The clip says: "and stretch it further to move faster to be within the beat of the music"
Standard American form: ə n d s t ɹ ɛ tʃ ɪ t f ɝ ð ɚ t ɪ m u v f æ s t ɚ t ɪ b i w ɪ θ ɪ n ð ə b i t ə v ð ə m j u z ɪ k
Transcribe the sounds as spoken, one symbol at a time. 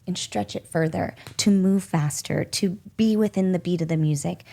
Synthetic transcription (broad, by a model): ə n s t ɹ ɛ tʃ ɪ t f ɝ ð ɚ t ɪ m u v f æ s t ɚ t ɪ b i w ɪ θ ɪ n ð ə b i t ə v ð ə m j u z ɪ k